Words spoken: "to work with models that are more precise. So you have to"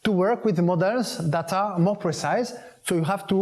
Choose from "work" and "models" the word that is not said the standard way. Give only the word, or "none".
models